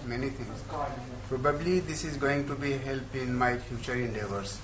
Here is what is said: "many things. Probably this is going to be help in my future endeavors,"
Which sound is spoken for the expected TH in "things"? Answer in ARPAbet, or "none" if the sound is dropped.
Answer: T